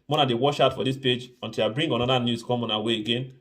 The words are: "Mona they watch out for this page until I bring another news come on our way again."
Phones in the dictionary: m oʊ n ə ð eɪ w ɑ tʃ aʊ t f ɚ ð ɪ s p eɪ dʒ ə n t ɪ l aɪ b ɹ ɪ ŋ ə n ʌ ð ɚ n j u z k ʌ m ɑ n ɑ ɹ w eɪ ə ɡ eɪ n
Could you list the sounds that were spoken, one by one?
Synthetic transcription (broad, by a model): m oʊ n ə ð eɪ w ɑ ʃ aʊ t f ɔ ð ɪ s p eɪ dʒ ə n t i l aɪ b ɹ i ŋ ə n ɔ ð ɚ n j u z k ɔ m ɑ n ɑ w eɪ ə ɡ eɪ n